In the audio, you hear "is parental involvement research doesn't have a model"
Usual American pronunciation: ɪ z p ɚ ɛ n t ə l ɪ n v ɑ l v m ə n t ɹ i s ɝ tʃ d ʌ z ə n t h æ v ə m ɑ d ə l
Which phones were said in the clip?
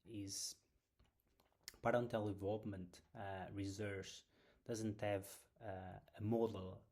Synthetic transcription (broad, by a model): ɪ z p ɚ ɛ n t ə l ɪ v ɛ l p m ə n t ɹ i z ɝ s d ʌ z ə n t h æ v ə m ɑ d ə l